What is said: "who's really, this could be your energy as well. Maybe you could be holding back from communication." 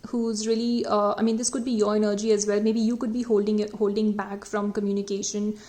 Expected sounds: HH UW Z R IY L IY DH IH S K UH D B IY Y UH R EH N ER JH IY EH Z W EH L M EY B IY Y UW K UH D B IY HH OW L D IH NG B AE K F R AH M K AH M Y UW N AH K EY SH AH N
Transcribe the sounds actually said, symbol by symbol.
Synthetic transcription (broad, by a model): HH UW Z R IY L IY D IH S K UH D B IY Y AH R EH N ER JH IY EH Z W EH L M EY B IY Y UW K UH D B IY HH OW L D IH NG B AE K F R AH M K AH M Y UW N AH K EY SH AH N